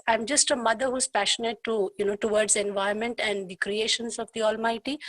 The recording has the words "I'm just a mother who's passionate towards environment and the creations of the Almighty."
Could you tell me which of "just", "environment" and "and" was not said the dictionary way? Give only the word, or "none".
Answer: environment